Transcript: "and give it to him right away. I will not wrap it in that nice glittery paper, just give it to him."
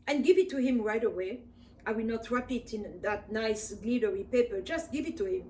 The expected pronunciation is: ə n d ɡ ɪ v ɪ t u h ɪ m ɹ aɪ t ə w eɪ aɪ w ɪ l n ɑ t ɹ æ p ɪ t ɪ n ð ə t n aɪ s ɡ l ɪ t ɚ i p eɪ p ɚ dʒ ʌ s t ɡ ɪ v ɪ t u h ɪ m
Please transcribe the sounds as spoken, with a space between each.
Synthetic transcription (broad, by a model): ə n ɡ ɪ v ɪ t u h ɪ m ɹ aɪ t ə w eɪ aɪ w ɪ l n ɑ t ɹ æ p ɪ t ɪ n ð ə t n aɪ s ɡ l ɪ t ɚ i p eɪ p ɚ dʒ ʌ s t ɡ ɪ v ɪ t u h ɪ m